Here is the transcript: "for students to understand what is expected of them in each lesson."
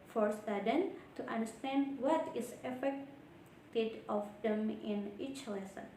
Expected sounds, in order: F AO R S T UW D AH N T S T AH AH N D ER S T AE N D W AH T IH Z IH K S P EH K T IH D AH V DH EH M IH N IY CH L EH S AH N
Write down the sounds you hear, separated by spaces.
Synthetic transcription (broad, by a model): F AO R S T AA D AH N T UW T AH N D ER S T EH N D W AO T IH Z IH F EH K T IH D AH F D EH M IH N IY CH L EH S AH N